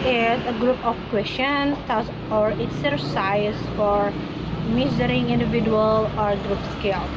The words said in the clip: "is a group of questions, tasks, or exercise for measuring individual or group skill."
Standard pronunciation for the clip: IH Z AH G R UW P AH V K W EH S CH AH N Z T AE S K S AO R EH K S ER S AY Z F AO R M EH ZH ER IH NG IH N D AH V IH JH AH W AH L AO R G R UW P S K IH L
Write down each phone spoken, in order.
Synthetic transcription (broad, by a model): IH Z AH G R UW P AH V K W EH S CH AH N S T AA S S AO R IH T S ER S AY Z F AO R M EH Z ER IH NG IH N D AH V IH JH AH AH L AO R G R UW P S K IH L